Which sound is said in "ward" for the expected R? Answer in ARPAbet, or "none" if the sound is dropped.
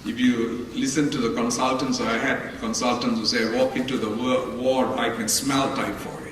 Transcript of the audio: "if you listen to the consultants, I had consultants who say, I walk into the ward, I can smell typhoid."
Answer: W